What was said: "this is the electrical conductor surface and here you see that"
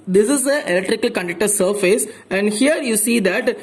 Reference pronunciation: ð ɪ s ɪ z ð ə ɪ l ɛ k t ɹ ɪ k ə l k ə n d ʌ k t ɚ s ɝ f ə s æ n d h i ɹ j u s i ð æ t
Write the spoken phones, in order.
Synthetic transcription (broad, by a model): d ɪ s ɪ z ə ɪ l ɛ k t ɹ ɪ k ə l k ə n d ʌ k t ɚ s ɝ f ə s æ n d h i ɹ j u s i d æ t